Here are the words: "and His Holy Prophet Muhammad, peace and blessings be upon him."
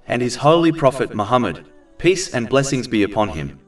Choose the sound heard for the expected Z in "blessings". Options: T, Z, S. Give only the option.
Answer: Z